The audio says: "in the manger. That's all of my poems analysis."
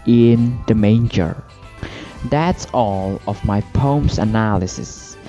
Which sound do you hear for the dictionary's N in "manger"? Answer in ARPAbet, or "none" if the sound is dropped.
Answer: N